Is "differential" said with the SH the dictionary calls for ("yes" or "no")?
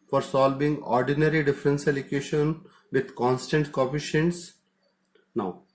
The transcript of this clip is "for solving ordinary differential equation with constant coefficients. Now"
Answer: no